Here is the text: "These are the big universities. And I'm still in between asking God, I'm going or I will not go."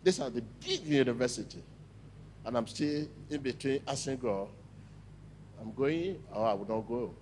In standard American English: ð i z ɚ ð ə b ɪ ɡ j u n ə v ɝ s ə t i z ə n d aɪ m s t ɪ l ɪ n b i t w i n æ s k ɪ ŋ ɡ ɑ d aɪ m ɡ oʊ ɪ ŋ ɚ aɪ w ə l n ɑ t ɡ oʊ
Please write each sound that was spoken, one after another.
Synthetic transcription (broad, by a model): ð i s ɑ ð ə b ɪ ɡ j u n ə v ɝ s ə t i ə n aɪ m s t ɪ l ɪ n b i t w i n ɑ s ɪ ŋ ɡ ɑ aɪ m ɡ oʊ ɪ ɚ aɪ w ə n ɑ t ɡ oʊ